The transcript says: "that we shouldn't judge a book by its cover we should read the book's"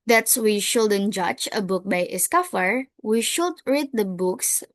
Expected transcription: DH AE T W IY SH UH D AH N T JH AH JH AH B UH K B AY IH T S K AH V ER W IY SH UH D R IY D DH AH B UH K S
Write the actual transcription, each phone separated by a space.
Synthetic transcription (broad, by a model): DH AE T W IY SH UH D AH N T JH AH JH AH B UH K B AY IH S K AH F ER W IY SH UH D R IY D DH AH B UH K S